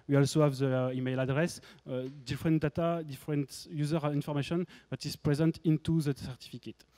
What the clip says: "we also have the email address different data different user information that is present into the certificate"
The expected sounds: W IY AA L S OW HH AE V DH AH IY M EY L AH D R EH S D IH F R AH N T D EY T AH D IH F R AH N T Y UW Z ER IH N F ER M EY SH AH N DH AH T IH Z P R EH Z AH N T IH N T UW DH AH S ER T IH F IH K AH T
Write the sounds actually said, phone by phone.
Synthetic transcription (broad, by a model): W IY AA L S OW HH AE V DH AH IY M EY L AH D R EH S D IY F R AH N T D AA T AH D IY F R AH N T Y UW Z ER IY N F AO M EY SH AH N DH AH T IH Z P R EH Z AH N T IH N T UW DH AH S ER T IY F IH K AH T